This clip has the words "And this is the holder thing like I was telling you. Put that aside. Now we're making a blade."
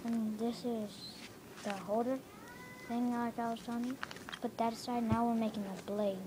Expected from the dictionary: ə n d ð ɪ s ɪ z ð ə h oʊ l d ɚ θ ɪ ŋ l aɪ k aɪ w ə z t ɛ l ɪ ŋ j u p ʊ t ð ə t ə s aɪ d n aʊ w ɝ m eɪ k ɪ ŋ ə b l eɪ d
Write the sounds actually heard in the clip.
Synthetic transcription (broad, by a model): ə n ð ɪ s ɪ z ð ə h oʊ d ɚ θ ɪ ŋ l aɪ k aɪ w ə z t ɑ n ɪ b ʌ t ð ə t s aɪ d n aʊ w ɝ m eɪ k ɪ ŋ ə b l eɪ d